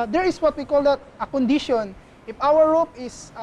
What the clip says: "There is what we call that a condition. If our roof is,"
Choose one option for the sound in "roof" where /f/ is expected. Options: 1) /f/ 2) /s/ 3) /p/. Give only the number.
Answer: 3